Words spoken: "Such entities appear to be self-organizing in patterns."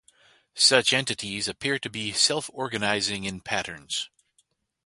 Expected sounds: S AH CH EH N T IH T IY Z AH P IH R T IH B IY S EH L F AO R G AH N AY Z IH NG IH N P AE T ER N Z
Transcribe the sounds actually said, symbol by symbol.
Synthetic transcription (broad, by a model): S AH CH EH N T IH T IY Z AH P IH R T IH B IY S EH L F AO R G AH N AY Z IH NG IH N P AE T ER N Z